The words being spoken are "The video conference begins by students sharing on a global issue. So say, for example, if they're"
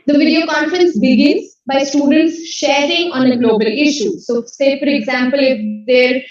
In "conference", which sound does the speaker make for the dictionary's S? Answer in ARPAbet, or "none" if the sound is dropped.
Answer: S